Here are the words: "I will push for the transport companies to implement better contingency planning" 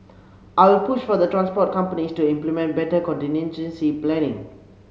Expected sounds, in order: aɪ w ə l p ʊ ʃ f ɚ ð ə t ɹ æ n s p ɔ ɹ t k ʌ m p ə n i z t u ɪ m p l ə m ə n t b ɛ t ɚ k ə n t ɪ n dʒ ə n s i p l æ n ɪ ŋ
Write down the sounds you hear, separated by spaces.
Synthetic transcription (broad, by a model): aɪ w ə l p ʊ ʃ f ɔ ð ə t ɹ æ n s p ɔ t k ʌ m p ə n i s t u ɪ m p l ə m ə n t b ɛ t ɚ k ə n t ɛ n ʃ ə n s i p l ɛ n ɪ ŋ